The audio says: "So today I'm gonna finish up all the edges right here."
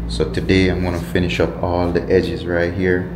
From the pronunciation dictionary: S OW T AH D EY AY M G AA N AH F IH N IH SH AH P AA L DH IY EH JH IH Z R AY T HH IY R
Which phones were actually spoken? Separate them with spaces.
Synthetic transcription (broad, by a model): S OW T AH D EY AY M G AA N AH F IH N IH SH AH P AA L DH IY EH JH IH Z R AY T HH IY R